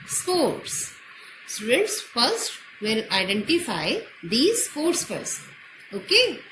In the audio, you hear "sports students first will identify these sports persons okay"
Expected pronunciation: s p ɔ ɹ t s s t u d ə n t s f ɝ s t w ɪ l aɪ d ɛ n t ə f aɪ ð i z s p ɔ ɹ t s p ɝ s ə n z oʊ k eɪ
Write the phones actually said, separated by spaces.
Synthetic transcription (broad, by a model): s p ɔ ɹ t s s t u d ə n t s f ɝ s t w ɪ l aɪ d ɛ n t ə f aɪ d i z s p ɔ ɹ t s f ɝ s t oʊ k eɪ